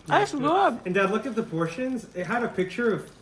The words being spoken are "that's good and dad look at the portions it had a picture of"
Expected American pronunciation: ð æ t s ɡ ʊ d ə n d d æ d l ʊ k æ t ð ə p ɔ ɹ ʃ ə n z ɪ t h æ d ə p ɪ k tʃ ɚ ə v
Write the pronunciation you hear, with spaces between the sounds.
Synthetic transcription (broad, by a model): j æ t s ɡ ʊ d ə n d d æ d l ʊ k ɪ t ð ə p ɔ ɹ ʃ ə n z ɪ t h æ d ə p ɪ k tʃ ɚ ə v